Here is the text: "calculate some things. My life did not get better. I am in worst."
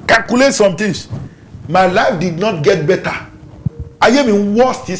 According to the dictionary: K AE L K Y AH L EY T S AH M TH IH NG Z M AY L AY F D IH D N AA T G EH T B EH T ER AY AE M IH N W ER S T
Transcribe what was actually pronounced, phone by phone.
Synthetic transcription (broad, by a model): K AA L K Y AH L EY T S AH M T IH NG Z M AY L AY F D IH D N AA T G EH T B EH T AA AY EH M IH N W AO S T